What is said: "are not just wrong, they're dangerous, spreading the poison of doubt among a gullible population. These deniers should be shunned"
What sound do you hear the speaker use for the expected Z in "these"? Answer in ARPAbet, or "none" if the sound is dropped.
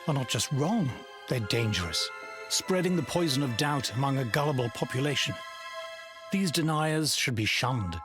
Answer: Z